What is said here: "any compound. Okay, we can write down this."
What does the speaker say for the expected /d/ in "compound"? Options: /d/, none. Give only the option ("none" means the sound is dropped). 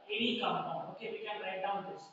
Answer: none